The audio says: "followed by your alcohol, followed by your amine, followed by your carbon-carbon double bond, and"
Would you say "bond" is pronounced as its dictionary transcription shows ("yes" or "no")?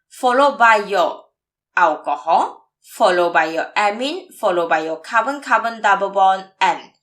no